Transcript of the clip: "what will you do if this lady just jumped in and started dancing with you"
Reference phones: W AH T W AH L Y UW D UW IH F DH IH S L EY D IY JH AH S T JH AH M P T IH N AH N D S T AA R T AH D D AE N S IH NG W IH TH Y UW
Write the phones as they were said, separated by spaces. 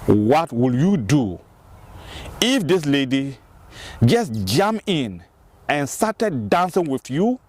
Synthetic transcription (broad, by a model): W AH T W AH L Y UW D UW IH F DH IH S L EY D IY JH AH S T JH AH M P IH N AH N S T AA T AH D D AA N S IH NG W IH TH Y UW